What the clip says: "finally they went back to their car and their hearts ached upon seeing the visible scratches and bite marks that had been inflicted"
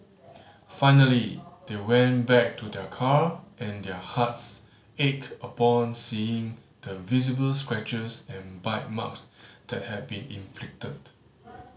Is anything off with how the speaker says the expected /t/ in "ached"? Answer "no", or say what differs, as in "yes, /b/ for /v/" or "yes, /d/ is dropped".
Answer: yes, /t/ is dropped